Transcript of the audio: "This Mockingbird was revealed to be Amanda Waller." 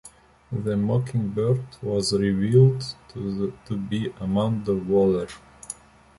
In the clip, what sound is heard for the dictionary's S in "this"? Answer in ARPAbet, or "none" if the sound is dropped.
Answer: none